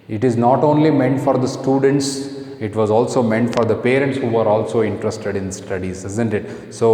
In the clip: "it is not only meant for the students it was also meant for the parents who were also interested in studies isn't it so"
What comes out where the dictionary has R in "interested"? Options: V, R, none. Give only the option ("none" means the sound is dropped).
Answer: R